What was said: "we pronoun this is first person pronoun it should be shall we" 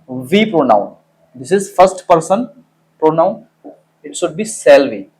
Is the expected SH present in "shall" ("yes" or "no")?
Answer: no